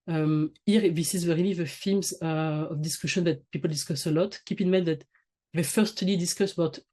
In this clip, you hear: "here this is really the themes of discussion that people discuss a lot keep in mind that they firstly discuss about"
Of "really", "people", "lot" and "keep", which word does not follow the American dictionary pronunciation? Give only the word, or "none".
really